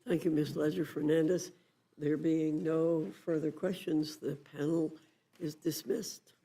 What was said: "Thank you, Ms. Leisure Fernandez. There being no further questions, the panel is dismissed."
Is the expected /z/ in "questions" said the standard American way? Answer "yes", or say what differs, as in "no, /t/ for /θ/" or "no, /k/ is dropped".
yes